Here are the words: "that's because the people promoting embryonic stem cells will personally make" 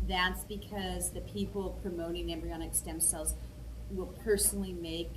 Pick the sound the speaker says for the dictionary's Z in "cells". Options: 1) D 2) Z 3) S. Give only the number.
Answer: 2